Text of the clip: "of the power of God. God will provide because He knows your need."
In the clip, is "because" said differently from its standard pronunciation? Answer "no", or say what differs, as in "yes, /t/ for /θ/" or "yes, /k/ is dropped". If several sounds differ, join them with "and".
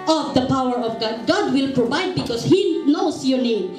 yes, /s/ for /z/